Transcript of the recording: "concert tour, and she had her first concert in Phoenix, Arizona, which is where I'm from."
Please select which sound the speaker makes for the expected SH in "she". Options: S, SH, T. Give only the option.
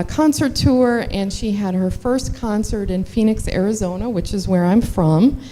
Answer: SH